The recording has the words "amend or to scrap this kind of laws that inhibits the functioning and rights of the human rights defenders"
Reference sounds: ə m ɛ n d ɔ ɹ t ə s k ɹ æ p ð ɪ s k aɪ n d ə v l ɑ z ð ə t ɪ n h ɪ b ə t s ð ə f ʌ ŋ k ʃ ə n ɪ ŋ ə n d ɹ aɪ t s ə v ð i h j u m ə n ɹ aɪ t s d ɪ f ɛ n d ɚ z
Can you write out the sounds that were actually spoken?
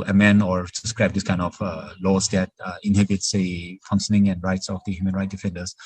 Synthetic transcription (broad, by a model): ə m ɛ n ɔ ɹ s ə s k ɹ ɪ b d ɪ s k aɪ n d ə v l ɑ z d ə t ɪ n h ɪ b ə t s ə f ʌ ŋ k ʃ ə n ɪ ŋ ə n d ɹ aɪ t s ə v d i h j u m ə n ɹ aɪ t d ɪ f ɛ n d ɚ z